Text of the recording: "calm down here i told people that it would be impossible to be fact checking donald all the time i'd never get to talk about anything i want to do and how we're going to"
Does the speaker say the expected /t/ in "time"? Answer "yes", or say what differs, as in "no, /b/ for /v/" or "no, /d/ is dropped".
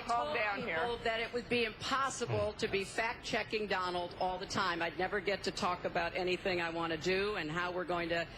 yes